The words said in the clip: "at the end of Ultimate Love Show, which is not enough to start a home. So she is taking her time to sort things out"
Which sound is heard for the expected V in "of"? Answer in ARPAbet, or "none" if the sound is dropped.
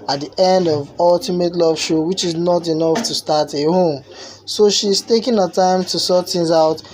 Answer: V